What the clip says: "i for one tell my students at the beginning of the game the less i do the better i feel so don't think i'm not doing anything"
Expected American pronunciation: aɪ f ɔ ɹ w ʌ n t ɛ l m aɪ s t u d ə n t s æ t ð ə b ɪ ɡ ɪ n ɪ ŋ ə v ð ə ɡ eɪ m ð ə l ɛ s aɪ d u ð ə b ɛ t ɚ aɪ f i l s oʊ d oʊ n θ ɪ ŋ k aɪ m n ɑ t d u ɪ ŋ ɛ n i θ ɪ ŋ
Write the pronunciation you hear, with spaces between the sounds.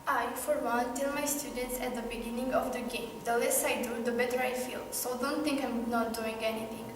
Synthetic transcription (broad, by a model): aɪ f ɔ ɹ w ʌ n t ɛ l m aɪ s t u d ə n t s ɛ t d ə b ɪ ɡ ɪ n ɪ ŋ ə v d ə ɡ eɪ m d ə l ɛ s aɪ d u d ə b ɛ t ɚ aɪ f i l s oʊ d oʊ n t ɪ ŋ k aɪ m n ɑ t d u ɪ ŋ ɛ n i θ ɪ ŋ